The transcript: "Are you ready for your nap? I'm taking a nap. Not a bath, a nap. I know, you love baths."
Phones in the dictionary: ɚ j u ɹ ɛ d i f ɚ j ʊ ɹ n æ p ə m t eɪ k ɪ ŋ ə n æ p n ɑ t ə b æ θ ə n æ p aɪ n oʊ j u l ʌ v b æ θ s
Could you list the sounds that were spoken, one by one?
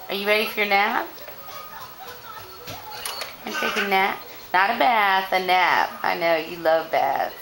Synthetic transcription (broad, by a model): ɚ j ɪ ɹ ɛ d i f ɚ j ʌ ɹ n æ p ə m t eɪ ɪ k ə n æ p n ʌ t ə b æ θ ə n æ p aɪ n oʊ j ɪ l ʌ v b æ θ